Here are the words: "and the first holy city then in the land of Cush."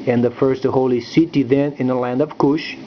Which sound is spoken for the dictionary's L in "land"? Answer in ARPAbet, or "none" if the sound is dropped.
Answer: L